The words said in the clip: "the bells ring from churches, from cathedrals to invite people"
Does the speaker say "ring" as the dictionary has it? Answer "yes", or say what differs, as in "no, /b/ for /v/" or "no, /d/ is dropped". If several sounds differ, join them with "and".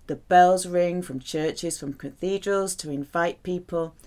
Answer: yes